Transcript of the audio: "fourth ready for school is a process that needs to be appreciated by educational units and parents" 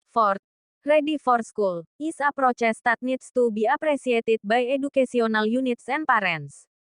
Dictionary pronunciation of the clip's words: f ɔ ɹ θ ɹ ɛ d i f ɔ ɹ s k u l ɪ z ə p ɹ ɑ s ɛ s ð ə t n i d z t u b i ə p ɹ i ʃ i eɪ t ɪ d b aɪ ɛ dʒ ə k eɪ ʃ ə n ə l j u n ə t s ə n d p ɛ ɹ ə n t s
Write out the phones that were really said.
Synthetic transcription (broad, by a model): f ɔ ɹ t ɹ ɛ d i f ɔ ɹ s k u l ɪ s ə p ɹ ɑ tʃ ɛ s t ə t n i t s t u b i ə p ɹ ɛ s i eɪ t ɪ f b aɪ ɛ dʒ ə k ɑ s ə n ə l j u n ə t s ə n p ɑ ɹ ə n s